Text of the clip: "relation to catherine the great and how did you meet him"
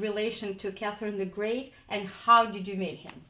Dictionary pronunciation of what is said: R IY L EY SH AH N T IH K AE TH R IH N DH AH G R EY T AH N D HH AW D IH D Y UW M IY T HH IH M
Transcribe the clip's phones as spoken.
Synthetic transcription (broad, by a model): R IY L EY SH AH N T IH K AE TH R IH N DH AH G R EY T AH N HH AW D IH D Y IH M IY T HH IH M